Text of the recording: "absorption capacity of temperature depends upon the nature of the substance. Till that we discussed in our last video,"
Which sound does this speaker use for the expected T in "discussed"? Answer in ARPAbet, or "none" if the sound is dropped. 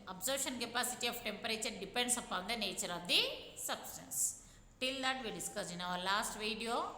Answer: none